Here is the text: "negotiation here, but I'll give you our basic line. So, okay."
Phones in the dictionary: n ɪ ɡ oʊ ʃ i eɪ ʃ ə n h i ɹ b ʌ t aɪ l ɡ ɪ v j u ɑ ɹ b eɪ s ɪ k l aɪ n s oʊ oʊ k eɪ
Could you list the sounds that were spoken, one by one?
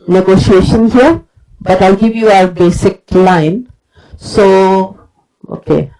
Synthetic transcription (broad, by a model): n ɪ ɡ oʊ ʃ i eɪ ʃ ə n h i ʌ b ʌ t aɪ l ɡ ɪ v j u ɑ ɹ b eɪ s ɪ k l aɪ n s oʊ oʊ k eɪ